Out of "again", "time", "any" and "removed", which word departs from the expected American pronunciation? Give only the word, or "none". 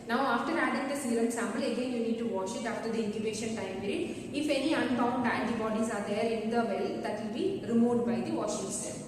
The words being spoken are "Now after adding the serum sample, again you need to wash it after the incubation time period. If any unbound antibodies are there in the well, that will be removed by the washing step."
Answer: removed